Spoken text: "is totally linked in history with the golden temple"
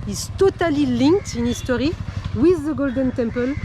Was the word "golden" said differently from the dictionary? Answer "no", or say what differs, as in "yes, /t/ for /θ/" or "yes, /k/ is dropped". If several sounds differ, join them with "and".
no